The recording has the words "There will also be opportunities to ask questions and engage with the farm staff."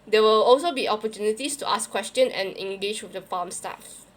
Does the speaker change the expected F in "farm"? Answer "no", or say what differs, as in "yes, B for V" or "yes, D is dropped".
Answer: yes, P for F